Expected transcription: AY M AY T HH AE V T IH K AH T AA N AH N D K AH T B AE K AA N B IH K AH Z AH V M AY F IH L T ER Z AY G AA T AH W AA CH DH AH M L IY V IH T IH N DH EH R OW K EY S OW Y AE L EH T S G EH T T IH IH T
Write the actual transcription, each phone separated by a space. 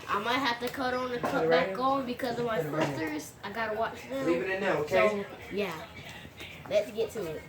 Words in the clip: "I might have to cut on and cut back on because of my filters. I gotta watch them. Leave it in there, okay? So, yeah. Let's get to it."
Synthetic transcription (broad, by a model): AY M AY T HH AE F T IH K AH T N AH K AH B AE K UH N B IH K AH Z AH V M AY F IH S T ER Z AY G AA T AH W AA CH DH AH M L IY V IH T IH N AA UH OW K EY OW Y AE L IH T S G EH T T IH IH T